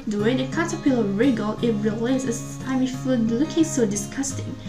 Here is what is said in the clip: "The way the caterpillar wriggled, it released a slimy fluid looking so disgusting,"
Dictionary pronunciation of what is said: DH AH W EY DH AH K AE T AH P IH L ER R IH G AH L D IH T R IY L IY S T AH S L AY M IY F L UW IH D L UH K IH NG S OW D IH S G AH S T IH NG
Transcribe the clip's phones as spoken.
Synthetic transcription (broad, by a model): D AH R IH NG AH K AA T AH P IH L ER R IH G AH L IH T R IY L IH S AH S AY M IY F UW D L UH K IH NG S OW D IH S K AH S T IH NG